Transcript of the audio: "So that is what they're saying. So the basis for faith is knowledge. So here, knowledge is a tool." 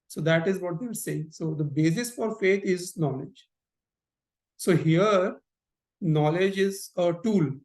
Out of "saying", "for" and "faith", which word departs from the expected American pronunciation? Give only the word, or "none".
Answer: faith